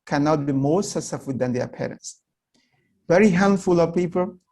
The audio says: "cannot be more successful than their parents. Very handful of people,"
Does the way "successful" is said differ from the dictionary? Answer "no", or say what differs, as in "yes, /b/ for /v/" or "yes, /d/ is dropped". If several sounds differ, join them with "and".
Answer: yes, /k/ is dropped and /s/ is dropped